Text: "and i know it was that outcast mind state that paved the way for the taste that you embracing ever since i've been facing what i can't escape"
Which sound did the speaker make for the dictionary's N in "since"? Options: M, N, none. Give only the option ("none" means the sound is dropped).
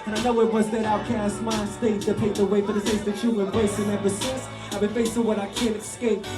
none